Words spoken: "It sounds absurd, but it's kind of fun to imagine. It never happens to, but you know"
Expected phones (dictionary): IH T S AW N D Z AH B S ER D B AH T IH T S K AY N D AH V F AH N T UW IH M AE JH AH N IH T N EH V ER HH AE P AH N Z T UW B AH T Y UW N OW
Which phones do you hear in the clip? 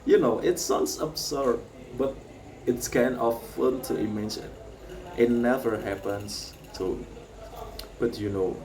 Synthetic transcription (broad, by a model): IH T S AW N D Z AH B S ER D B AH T IH T S K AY N AH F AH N T UW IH M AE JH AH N IH T N EH V ER HH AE P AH N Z T UW B AH T Y UW N OW